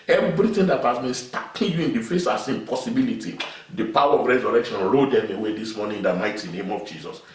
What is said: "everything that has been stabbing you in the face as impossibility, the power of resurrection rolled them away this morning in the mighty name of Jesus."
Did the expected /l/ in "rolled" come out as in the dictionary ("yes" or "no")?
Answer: no